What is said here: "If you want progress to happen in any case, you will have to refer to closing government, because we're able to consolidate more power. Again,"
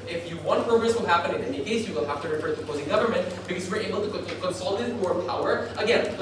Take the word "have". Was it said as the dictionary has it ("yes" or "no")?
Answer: no